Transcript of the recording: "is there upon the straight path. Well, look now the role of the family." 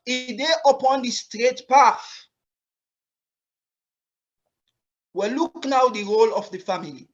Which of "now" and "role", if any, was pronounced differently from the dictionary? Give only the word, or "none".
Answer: none